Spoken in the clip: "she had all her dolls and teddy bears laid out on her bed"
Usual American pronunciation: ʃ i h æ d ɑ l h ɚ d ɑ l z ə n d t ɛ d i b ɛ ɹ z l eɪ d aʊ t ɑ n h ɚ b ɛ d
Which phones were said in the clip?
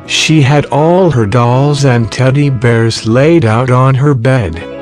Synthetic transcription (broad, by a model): ʃ i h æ d ɑ l h ɚ d ɑ l z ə n t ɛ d i b ɛ ɹ z l eɪ d aʊ t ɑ n h ɚ b ɛ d